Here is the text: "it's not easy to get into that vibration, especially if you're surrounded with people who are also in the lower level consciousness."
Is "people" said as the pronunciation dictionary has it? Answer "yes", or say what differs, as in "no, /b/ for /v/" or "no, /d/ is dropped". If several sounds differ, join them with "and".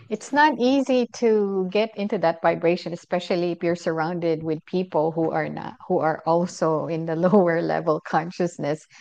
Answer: no, /n/ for /l/